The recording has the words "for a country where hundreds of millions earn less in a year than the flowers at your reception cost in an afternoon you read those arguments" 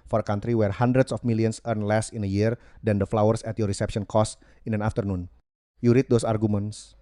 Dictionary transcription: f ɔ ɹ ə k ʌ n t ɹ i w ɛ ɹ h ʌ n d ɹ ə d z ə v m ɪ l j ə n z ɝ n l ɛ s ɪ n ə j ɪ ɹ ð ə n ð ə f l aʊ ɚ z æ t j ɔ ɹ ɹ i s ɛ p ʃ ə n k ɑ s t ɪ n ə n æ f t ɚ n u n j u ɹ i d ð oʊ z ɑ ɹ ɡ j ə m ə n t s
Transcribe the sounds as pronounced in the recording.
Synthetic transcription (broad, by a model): f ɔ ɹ ə k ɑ n t ɹ i w ɛ ɹ h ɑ n d ɹ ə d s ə f m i l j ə n s ɝ n l ɛ s ɪ n ə j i ɹ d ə n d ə f l aʊ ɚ s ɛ t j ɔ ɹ ɹ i s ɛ p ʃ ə n k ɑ s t ɪ n ə n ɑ f t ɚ n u n j u ɹ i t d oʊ s ɑ ɹ ɡ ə m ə n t s